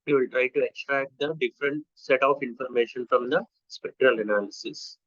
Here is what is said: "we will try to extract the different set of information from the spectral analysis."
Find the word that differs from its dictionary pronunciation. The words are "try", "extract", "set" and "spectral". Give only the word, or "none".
none